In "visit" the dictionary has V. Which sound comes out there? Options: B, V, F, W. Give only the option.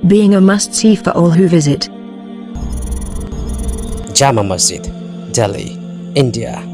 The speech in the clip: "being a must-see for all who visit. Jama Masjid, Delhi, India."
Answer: V